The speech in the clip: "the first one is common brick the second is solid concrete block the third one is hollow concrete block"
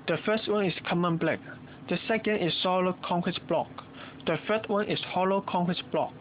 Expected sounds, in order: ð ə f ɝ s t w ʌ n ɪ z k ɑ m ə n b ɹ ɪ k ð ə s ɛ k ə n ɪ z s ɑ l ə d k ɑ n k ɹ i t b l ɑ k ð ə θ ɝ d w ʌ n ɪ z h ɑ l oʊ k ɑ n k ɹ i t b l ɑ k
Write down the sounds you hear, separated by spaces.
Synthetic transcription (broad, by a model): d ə f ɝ s t w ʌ n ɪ s k ɑ m ə n b l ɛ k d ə s ɛ k ə n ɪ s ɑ l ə k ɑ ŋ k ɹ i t b l ɑ k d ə f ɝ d w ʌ n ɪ s h ɑ l oʊ k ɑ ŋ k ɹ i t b l ɑ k